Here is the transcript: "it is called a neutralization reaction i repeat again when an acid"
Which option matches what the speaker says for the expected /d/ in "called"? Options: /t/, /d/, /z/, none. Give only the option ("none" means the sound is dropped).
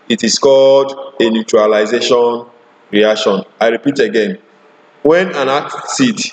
/d/